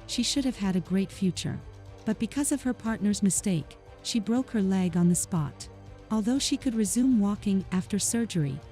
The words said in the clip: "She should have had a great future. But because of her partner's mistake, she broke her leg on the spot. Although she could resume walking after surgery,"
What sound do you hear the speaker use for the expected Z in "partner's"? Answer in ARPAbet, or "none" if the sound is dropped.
Z